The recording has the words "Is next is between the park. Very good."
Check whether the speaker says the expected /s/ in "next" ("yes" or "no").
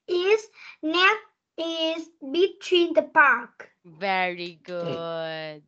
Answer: no